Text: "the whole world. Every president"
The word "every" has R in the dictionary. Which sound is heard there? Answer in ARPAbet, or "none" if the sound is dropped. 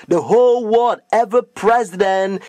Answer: none